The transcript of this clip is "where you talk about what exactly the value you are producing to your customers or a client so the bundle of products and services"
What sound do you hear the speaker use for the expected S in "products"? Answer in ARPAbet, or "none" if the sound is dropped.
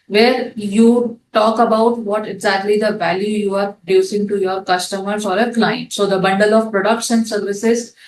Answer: SH